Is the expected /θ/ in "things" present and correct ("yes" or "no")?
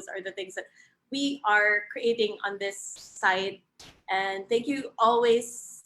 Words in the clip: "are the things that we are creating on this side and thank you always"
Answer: yes